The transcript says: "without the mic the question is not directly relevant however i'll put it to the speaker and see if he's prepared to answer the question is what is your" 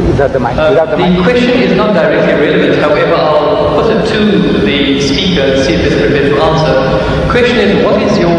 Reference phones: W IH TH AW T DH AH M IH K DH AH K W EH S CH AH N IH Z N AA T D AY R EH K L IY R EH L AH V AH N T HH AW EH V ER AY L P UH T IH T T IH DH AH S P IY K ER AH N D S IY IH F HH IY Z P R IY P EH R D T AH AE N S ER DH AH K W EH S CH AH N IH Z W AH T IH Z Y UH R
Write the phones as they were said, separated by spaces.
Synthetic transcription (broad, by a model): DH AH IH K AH K W EH S CH AH N IH Z N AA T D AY R EH K L IY R EH L AH V AH N T HH AW EH V ER AY L P UH T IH T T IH DH AH S P IY K ER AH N S IY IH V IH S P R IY B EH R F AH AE N S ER K W EH S CH AH N IH Z W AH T IH Z Y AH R